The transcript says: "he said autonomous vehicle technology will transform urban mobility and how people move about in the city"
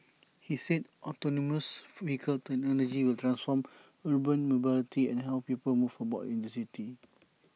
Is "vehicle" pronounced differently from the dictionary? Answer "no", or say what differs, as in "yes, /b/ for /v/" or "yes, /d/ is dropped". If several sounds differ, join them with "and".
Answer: yes, /f/ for /v/